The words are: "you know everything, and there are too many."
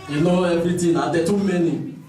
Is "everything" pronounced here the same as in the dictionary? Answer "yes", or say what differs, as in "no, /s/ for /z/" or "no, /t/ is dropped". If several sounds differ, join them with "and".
no, /t/ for /θ/